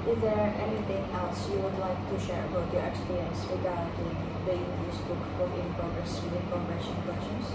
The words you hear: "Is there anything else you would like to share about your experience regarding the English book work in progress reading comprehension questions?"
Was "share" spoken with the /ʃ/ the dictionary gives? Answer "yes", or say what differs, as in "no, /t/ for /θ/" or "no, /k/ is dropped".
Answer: yes